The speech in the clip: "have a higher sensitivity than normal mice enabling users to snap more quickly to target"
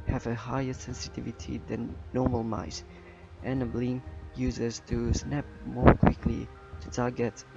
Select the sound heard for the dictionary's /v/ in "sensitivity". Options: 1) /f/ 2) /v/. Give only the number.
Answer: 2